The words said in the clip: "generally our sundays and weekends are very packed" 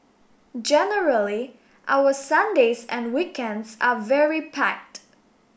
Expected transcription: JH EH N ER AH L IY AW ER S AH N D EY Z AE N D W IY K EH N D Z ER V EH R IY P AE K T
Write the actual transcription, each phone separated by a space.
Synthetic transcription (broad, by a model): JH EH N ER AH L IY AW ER S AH N D EY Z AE N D W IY K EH N D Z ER V EH R IY P AE K T